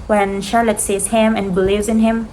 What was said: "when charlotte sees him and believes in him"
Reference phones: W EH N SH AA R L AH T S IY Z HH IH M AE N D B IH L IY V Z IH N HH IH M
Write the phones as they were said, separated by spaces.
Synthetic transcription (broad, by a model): W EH N SH AA R L AH T S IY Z HH IH M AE N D B IH L IY V Z IH N HH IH M